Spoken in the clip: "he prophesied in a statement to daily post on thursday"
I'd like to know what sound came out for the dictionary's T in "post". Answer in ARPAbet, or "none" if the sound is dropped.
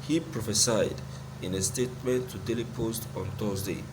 T